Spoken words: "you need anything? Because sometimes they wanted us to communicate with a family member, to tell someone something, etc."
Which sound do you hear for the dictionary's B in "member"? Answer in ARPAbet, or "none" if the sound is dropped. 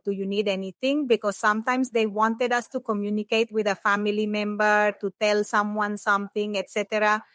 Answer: B